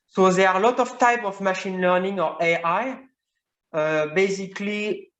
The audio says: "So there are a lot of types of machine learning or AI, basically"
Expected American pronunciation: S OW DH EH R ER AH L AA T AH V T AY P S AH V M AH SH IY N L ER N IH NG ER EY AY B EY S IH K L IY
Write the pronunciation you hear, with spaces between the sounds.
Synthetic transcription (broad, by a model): S OW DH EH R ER AH L AA T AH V T AY P AH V M AH SH IY N L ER N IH NG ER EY AY B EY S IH K L IY